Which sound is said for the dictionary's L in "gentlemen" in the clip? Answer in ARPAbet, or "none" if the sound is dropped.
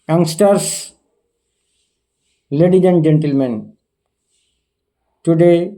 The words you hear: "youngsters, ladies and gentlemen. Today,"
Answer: L